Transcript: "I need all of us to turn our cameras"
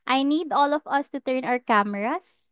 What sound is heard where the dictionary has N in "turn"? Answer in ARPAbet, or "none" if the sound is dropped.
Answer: N